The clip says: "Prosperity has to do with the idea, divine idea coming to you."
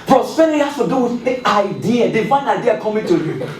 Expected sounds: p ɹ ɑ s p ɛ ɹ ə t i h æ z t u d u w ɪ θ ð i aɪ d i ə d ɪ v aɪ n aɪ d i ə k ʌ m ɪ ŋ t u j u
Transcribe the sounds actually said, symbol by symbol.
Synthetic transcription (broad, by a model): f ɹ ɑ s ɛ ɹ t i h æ s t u d u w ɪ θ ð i aɪ d i ə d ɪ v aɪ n aɪ d i ə k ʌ m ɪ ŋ t u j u